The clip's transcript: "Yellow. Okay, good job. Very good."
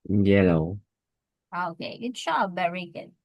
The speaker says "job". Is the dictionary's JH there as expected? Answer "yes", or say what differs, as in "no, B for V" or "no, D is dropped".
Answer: no, SH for JH